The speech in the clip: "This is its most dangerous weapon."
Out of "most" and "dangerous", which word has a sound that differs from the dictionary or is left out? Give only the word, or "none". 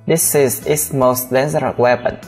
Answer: dangerous